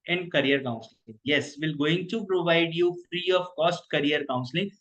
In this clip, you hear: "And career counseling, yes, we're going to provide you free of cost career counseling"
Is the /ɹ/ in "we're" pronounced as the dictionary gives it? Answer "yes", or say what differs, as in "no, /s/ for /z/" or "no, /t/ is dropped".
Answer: no, /l/ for /ɹ/